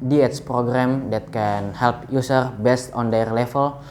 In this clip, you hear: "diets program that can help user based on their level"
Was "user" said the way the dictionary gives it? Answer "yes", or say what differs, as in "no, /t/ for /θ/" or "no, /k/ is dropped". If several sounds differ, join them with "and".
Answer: no, /s/ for /z/